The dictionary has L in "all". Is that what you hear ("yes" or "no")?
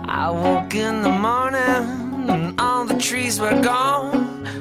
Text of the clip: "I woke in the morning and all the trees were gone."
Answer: no